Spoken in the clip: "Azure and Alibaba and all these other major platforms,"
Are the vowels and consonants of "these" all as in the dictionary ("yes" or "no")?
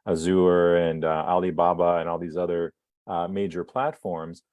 yes